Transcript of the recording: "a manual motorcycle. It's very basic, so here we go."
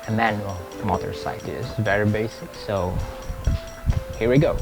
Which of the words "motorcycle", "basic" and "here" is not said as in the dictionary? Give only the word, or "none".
motorcycle